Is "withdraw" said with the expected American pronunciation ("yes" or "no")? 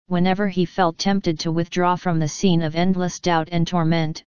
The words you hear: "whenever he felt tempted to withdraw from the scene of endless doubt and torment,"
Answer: yes